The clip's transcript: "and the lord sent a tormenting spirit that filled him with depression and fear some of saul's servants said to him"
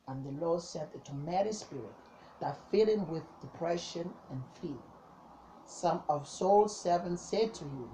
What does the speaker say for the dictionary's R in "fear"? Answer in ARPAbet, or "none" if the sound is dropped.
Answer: L